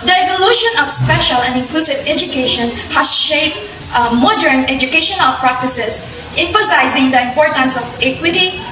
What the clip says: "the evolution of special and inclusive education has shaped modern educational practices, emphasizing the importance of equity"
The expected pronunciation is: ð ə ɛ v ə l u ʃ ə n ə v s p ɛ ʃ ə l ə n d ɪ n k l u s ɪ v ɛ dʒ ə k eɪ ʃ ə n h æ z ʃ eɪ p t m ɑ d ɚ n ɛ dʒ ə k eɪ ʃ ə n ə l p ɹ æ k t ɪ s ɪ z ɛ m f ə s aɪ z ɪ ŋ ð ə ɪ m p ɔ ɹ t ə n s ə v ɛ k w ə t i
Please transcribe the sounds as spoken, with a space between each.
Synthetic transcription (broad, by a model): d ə ɛ v ə l u ʃ ə n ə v s p ɛ ʃ ə l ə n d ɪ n k l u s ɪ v ɛ dʒ ə k eɪ ʃ ə n h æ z ʃ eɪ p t m ɑ d ɚ n ɛ dʒ ə k eɪ ʃ ə n ə l p ɹ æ k t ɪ s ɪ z ɛ m f ə s aɪ z ɪ ŋ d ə ɪ m p ɔ ɹ t ə n s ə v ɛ k w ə t i